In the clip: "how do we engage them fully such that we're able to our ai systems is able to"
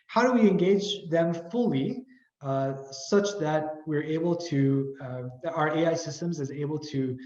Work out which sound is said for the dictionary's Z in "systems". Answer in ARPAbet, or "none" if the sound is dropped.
Z